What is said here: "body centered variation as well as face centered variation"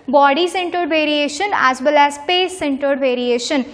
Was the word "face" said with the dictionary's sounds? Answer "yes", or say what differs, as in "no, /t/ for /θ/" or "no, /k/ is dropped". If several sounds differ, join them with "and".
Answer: no, /p/ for /f/